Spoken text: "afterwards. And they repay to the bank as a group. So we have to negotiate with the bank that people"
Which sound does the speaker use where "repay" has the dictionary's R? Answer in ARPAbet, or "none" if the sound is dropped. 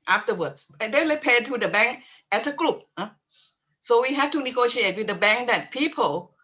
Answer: L